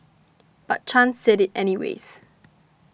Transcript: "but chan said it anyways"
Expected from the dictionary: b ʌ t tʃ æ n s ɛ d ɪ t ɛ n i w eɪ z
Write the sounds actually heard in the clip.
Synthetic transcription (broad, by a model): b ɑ t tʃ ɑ n s ɛ d ɪ t ɛ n i w eɪ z